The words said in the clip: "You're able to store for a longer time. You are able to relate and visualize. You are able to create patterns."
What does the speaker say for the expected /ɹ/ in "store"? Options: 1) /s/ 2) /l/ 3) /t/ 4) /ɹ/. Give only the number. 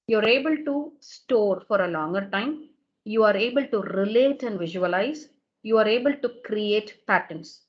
4